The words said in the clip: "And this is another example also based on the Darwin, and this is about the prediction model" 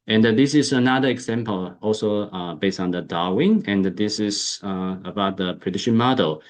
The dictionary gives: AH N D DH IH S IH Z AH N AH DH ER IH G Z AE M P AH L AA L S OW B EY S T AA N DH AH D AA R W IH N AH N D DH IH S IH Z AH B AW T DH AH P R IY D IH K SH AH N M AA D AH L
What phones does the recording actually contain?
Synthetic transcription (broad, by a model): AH N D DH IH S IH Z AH N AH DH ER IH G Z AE M P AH L AA L S OW B EY S T AA N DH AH D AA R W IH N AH N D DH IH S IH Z AH B AW T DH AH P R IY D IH SH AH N M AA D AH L